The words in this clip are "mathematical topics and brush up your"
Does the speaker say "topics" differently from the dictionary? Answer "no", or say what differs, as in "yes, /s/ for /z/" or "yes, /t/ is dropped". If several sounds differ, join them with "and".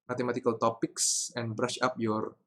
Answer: no